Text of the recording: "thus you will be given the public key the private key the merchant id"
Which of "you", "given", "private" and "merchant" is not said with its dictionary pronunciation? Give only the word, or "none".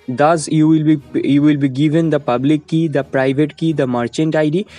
none